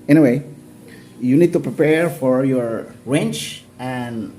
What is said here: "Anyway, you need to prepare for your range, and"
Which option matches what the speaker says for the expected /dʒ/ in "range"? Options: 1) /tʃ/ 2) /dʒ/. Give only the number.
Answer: 1